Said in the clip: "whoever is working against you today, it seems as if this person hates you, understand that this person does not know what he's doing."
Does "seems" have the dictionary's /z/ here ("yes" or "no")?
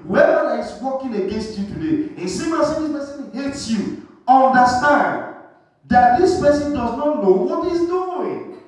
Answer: no